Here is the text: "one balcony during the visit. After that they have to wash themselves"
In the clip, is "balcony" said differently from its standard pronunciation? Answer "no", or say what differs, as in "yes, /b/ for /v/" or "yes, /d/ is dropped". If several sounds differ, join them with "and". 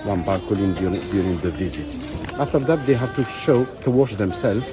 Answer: yes, /l/ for /n/